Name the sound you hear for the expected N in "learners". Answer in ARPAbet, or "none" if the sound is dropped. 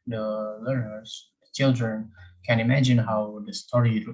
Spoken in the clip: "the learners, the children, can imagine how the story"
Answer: none